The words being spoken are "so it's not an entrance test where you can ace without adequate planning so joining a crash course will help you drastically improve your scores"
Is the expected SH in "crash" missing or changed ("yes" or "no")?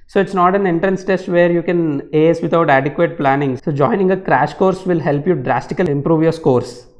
no